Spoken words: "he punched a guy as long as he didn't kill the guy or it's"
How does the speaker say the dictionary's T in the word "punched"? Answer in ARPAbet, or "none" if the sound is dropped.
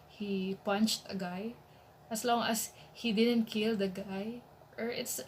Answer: T